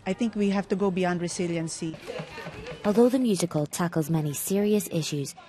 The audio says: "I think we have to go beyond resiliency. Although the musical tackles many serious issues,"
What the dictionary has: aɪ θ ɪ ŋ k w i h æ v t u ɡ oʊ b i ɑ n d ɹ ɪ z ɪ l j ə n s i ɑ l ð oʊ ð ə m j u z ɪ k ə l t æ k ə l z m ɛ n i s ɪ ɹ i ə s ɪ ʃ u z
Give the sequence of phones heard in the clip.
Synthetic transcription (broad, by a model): aɪ t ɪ ŋ k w i h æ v t u ɡ oʊ b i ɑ n d ɹ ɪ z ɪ l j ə n s i ɑ l ð oʊ ð ə m j u z ɪ k ə l t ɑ k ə l z m ɛ n i s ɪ ɹ i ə s ɪ ʃ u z